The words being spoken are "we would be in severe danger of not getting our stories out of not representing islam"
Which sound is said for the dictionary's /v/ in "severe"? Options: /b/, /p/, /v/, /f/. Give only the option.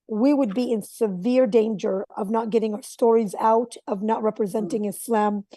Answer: /v/